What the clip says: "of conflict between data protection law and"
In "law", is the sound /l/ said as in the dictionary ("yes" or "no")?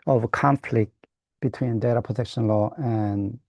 yes